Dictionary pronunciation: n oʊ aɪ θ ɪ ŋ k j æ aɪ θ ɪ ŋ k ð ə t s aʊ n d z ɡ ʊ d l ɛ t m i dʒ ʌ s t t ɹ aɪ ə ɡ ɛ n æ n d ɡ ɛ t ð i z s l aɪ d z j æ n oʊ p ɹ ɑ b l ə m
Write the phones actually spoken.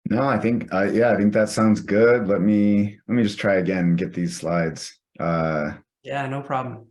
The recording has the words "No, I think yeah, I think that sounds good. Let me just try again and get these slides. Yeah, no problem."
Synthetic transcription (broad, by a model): n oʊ aɪ θ ɪ ŋ k j æ aɪ θ ɪ ŋ k ð ə t s aʊ n d z ɡ ʊ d l ɛ t m i dʒ ʌ s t t ɹ aɪ ə ɡ ɛ n n ɡ ɛ t ð i z s l aɪ d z j æ n oʊ p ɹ ɑ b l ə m